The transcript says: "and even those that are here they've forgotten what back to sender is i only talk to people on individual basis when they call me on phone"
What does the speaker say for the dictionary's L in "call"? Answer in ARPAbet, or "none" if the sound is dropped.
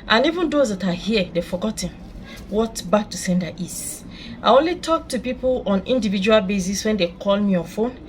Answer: L